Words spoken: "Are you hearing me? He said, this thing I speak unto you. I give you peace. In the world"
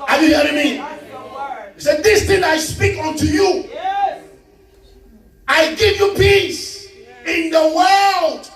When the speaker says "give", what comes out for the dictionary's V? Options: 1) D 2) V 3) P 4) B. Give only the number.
2